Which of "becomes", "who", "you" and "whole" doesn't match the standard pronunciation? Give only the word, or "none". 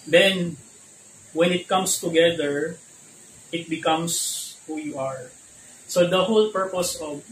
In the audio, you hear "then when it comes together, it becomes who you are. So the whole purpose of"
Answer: becomes